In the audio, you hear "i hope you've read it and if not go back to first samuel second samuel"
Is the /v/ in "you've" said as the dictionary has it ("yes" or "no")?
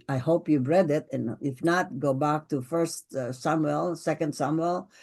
no